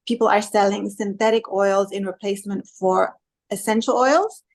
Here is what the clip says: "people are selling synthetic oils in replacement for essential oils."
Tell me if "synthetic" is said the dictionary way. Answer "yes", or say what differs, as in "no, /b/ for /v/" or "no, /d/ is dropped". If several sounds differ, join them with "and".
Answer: yes